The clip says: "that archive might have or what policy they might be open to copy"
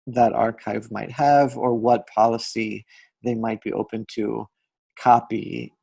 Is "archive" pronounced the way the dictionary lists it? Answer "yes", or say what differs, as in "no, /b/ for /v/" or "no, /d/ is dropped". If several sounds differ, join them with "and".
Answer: yes